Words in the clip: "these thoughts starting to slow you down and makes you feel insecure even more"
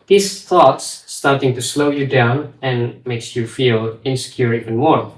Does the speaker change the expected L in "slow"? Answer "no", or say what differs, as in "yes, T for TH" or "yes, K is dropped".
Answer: no